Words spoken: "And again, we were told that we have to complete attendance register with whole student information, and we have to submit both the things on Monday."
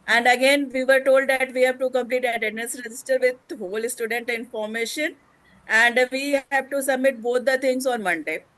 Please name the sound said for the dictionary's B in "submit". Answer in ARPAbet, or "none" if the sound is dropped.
B